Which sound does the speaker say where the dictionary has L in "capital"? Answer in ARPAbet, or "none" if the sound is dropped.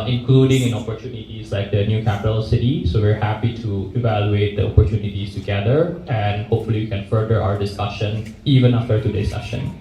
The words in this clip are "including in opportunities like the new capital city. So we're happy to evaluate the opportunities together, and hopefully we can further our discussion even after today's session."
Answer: L